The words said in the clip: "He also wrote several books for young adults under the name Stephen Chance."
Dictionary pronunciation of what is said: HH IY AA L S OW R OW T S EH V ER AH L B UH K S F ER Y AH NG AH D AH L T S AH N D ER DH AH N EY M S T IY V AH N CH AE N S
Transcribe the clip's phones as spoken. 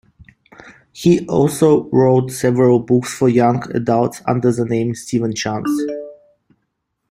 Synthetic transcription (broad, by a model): HH IY AA L S OW R OW T S EH V ER AH L B UH K S F ER Y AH NG AH D AH L T S AH N D ER DH AH N EY M S T IY V AH N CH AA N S